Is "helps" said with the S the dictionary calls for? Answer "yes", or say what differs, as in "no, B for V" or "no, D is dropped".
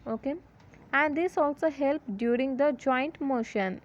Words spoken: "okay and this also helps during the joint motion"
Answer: no, S is dropped